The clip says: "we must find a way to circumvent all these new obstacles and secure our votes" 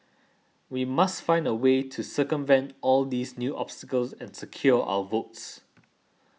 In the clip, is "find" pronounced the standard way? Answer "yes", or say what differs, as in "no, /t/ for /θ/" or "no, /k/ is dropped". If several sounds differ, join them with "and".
yes